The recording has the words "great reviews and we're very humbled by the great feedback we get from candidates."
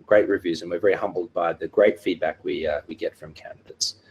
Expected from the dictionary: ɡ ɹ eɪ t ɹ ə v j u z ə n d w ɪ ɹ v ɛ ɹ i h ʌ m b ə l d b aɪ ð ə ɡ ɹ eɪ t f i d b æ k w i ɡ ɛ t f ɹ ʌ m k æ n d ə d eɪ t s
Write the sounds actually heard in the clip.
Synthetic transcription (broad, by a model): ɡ ɹ eɪ t ɹ ə v j u z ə n w ɪ ɹ v ɛ ɹ i h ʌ m b l d b aɪ ð ə ɡ ɹ eɪ t f i d b æ k w i ɡ ɛ t f ɹ ʌ m k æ n d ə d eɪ t s